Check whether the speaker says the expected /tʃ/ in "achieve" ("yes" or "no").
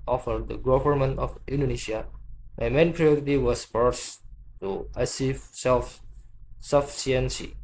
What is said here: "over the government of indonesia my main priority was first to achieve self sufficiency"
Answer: no